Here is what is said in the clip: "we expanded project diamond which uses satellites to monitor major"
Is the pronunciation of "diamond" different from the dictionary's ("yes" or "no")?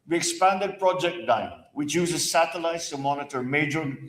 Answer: yes